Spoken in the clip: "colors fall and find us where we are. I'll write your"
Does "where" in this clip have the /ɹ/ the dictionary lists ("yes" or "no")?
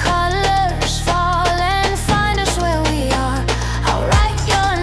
yes